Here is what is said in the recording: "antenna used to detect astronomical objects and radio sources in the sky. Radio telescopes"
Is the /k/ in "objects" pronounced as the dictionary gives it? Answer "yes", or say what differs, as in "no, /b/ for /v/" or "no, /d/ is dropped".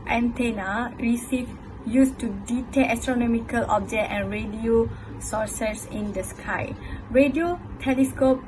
no, /k/ is dropped